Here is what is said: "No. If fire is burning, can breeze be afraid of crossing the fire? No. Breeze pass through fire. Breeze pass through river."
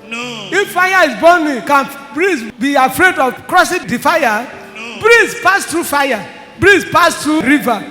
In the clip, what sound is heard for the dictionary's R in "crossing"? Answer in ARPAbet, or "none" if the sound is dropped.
R